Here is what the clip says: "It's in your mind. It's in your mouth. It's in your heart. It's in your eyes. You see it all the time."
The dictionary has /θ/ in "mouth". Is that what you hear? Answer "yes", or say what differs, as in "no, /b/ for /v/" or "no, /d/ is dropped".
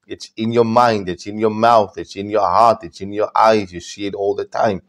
yes